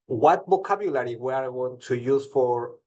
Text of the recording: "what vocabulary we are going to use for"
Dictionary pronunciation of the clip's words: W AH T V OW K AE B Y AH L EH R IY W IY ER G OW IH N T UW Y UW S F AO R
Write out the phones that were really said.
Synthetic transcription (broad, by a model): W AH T B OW K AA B Y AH L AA R IY W IY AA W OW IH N T UW Y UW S F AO R